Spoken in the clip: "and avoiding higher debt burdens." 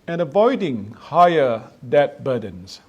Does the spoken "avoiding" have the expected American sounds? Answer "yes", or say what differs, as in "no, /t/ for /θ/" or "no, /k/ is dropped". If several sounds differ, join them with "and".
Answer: yes